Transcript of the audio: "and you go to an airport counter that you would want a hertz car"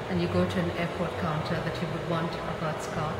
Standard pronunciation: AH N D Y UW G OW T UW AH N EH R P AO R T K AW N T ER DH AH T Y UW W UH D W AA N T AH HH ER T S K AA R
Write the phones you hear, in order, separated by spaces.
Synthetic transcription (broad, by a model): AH N Y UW G OW T UW AH N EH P AO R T K AW N T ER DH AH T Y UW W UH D W AA N T AH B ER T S K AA